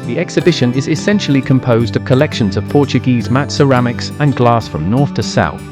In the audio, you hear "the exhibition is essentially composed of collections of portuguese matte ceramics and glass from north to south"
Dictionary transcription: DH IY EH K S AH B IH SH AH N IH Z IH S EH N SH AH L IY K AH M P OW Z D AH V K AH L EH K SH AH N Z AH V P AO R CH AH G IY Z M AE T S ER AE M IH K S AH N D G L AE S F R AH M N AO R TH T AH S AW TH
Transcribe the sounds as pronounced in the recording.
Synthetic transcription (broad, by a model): DH IY EH K S AH B IH SH AH N IH Z IH S EH N SH AH L IY K AH M P OW Z D AH V K AH L EH K SH AH N Z AH V P AO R CH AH G IY Z M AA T S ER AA M IH K S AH N G L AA S F R AH M N AO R TH T AH S AW TH